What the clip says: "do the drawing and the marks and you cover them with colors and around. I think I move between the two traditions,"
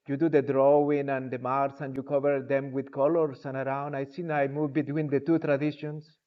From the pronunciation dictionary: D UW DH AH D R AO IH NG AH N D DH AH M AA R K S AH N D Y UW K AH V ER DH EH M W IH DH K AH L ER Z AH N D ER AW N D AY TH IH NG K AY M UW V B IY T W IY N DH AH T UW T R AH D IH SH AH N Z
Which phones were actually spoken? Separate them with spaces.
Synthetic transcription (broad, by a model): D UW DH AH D R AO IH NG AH N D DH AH M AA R S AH N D Y UW K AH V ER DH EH M W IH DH K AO L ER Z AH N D AW N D AY S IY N AY M UW V B IY T W IY N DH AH T UW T R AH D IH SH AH N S